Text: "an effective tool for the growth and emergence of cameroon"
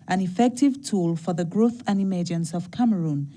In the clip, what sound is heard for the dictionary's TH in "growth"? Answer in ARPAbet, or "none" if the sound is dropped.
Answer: TH